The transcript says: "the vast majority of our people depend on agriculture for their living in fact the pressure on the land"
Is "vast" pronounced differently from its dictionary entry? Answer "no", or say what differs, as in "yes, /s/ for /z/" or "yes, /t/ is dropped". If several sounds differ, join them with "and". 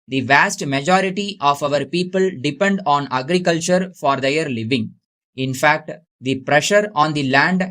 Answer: no